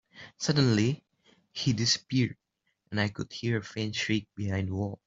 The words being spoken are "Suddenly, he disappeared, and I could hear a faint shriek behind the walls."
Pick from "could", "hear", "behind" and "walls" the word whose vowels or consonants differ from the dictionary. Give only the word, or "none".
walls